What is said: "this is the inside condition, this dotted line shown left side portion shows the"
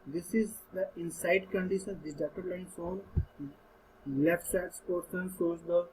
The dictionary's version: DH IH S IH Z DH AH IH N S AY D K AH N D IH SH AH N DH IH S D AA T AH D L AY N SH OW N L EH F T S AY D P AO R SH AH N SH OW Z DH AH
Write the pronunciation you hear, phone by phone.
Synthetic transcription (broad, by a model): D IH S IH Z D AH IH N S AY D K AH N D IH SH AH N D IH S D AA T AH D L AY N S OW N L EH F T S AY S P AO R S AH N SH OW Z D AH